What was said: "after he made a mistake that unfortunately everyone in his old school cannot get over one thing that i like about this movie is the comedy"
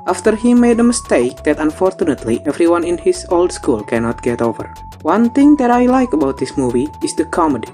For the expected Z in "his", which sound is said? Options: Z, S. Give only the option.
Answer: S